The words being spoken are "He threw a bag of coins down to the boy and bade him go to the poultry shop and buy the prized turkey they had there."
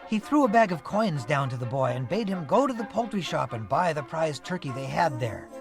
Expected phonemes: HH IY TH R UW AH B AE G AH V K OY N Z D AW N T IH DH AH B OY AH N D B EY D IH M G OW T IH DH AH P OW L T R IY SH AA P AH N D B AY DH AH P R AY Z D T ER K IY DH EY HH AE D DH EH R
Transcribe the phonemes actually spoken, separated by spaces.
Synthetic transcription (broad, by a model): HH IY TH R UW AH B AE G AH V K OY N Z D AW N T IH DH AH B OY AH N B EY D IH M G OW T IH DH AH P OW L T R IY SH AA P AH N B AY DH AH P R AY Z T ER K IY DH EY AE D DH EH R